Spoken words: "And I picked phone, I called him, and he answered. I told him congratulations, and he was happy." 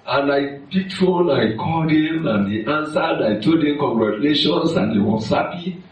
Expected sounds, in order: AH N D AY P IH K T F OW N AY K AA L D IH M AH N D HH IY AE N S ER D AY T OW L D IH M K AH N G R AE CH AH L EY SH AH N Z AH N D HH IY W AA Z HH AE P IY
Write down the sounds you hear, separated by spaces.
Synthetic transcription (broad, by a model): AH N AY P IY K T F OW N AY K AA D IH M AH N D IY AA N S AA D AY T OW D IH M K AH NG G R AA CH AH L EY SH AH N S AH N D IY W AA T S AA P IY